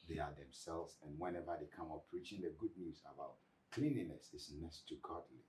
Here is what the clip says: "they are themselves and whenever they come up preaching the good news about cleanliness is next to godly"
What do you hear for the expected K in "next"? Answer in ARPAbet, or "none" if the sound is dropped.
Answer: none